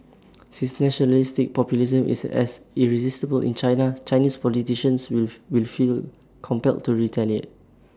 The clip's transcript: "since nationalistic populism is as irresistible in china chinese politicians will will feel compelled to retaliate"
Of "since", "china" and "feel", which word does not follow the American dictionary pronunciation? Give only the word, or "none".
since